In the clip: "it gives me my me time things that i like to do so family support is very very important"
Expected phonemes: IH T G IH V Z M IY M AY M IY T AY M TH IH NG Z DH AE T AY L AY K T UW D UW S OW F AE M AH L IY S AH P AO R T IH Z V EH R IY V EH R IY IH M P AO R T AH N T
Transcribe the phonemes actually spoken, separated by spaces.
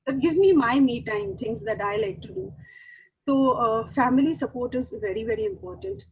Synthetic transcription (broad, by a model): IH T G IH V M IY M AY M IY T AY M T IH NG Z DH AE T AY L AY K T UW D UW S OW F AE M AH L IY S AH P AO R T IH Z V EH R IY V EH R IY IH M P AO R T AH N T